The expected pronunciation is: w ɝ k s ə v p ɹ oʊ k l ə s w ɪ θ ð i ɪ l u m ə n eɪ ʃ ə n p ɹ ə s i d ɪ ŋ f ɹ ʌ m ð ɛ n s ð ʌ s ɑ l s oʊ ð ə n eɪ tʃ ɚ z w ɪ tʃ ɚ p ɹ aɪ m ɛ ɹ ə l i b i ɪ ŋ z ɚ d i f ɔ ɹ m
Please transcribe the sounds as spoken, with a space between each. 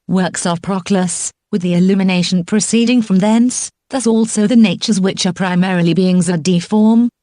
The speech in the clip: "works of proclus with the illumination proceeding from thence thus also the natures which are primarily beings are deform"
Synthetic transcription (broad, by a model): w ɝ k s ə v p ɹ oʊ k l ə s w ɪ ð i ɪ l u m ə n eɪ ʃ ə n p ɹ ə s i d ɪ ŋ f ɹ ʌ m ð ɛ n s ð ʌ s ɑ l s oʊ ð ə n eɪ tʃ ɚ z w ɪ tʃ ɚ p ɹ aɪ m ɛ ɹ ə l i b i ɪ ŋ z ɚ d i f ɔ ɹ m